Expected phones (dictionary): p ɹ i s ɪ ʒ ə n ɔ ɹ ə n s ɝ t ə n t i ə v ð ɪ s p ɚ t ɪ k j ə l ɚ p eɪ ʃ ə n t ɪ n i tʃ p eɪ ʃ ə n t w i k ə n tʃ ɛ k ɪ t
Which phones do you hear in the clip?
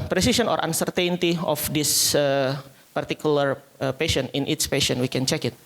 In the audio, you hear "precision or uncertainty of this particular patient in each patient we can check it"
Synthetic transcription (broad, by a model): p ɹ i s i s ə n ɔ ɹ ə n s ɝ t ə n t i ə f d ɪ s p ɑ t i k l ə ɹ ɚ p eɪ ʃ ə n ɪ n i s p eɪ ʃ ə n w i k ə n tʃ ɛ k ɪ t